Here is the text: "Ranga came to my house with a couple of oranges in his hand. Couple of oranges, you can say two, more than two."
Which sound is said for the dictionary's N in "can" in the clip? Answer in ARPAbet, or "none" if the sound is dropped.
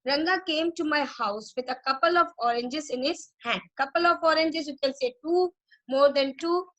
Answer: L